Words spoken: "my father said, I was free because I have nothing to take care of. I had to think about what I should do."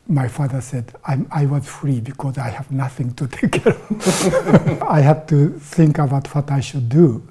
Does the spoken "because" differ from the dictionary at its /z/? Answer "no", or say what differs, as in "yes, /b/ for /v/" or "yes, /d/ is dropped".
no